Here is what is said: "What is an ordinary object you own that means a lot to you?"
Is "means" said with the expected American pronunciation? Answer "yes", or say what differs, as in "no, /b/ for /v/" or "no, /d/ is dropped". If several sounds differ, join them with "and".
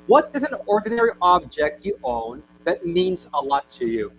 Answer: yes